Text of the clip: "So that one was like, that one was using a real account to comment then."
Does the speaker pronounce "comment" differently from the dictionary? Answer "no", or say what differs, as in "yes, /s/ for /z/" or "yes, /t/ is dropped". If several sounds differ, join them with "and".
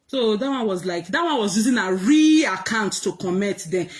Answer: yes, /n/ is dropped